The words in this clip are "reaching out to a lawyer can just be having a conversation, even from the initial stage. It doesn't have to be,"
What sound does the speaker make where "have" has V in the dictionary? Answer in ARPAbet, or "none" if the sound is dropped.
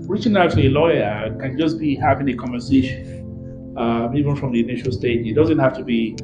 F